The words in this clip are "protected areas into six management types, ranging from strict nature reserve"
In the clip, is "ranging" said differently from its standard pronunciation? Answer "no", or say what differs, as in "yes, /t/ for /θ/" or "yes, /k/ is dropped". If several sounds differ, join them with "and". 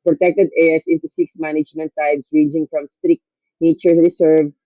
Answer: yes, /n/ is dropped